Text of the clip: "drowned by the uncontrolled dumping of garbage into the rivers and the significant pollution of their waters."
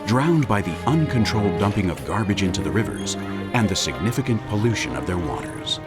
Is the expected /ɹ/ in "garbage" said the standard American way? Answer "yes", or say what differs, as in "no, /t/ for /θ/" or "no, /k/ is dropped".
yes